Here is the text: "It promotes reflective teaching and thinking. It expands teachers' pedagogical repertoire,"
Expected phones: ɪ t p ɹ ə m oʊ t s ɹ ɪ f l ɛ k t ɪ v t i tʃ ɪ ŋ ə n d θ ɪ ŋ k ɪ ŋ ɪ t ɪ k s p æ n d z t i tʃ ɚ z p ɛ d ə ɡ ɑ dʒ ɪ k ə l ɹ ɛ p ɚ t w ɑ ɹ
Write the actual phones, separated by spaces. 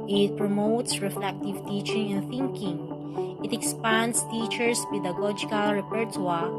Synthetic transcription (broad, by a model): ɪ t p ɹ ə m oʊ t s ɹ ɪ f l ɛ k t ɪ v t i tʃ ɪ ŋ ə n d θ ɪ ŋ k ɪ ŋ ɪ t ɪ k s p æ n d s t i tʃ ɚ s p ɛ d ə ɡ ɑ dʒ ɪ k ə l ɹ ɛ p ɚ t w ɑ